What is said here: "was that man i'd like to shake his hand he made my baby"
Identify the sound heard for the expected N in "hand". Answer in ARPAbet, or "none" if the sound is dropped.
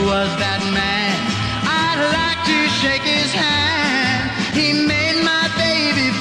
N